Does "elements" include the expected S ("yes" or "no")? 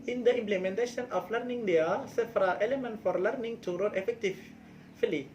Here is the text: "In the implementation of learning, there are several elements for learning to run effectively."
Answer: no